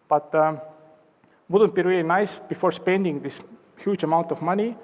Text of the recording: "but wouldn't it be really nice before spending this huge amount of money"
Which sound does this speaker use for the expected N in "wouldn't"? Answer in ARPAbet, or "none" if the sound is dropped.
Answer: N